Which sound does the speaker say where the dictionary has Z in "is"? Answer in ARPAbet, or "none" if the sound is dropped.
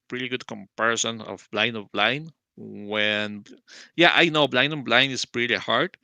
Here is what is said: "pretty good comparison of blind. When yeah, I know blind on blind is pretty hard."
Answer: S